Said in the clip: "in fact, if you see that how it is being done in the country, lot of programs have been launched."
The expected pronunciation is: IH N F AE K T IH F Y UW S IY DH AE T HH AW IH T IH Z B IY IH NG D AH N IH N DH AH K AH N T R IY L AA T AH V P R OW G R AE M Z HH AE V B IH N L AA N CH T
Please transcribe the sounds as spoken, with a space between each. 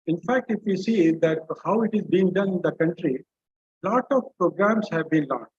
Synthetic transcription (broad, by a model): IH N F AE K T IH F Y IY S IY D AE T HH AW IH T IH Z B IY IH NG D AH N IH N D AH K AH N T R IY L AA T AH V P R OW G R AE M S HH AE V B IH N L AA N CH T